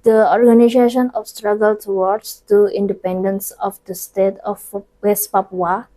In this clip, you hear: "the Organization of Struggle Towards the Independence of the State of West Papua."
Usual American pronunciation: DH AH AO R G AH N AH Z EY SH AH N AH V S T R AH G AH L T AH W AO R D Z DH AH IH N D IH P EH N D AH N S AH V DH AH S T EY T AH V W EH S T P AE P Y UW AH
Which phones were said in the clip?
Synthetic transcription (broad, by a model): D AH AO R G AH N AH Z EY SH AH N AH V S T R AH G AH L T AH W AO R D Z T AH IH N D IH P EH N D AH N S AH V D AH S T EY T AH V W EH S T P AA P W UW